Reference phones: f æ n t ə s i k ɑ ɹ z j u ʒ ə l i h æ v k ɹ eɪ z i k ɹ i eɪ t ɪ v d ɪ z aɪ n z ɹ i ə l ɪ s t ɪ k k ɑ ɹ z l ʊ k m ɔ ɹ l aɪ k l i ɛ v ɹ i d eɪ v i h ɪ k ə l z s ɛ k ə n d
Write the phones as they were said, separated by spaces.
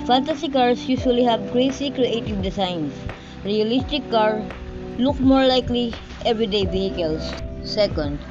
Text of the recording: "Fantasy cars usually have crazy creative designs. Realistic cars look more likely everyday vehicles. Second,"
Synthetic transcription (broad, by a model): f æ n t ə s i k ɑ ɹ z j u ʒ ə l i h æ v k ɹ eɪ s i k ɹ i eɪ t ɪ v d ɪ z aɪ n s ɹ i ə l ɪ s t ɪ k k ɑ ɹ l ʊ k m ɔ ɹ l aɪ k l i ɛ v ɹ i d eɪ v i h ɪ k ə l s s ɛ k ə n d